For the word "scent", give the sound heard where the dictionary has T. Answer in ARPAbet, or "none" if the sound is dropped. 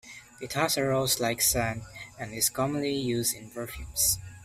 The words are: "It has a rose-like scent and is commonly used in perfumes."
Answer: none